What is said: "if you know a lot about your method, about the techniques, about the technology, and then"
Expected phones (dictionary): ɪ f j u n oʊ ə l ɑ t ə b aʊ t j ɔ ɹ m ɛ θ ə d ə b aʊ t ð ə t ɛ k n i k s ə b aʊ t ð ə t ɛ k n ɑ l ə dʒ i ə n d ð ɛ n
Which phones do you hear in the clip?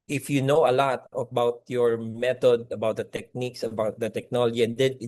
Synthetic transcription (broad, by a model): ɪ f j u n oʊ ə l ɑ t ə b aʊ t j ɔ ɹ m ɛ t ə d ə b aʊ t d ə t ɛ k n i k s ə b aʊ t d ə t ɛ k n ɑ l ə dʒ i ə n d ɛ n